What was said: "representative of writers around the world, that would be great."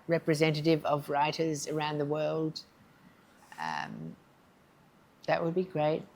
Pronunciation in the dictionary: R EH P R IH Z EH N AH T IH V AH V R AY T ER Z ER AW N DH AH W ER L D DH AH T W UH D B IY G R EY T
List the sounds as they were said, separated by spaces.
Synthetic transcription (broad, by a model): R EH P R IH Z EH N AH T IH V AH V R AY T ER Z ER AW N DH AH W ER L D DH AH T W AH D B IY G R EY T